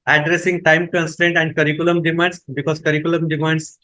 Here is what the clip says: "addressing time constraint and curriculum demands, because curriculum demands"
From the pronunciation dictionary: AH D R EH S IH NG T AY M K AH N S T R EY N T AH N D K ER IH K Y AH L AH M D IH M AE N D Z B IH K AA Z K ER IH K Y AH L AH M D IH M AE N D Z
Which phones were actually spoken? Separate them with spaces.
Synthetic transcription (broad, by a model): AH D R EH S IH NG T AY M K AH N S T R EY N T AH N D K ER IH K Y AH L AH M D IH M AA N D S B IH K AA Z K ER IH K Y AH L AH M D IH M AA N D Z